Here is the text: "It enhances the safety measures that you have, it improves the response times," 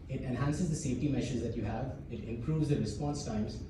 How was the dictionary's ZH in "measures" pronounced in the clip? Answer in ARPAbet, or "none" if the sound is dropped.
SH